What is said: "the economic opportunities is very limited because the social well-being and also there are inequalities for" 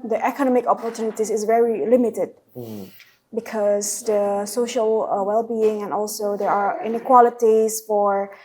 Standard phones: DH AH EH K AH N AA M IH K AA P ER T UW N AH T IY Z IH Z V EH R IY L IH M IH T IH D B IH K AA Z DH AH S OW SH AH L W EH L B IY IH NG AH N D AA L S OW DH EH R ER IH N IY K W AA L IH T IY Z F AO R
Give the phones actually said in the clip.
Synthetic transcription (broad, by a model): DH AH EH K AH N AA M IH K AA P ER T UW N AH T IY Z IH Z V EH R IY L IH M IH T IH D B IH K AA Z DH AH S OW SH AH L W EH L B IY IH NG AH N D AA L S OW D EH R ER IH N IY K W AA L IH T IY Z F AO R